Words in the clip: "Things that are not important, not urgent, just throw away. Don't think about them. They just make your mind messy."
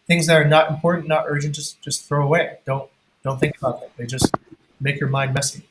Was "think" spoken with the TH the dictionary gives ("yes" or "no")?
yes